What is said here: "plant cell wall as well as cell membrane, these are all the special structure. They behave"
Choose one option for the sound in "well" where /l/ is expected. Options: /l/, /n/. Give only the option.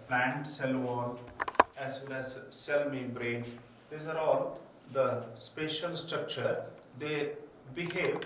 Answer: /n/